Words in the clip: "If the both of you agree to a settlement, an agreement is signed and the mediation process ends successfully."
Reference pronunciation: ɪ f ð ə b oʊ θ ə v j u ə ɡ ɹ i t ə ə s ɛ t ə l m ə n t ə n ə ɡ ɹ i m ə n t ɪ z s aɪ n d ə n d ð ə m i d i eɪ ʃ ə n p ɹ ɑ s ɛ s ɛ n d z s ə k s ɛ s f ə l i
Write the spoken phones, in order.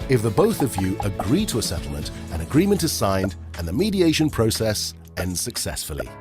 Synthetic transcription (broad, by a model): ɪ f ð ə b oʊ θ ə v j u ə ɡ ɹ i t ə ə s ɛ t l m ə n t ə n ə ɡ ɹ i m ə n t ɪ z s aɪ n d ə n ð ə m i d i eɪ ʃ ə n p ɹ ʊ s ɛ s ɛ n d z s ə k s ɛ s f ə l i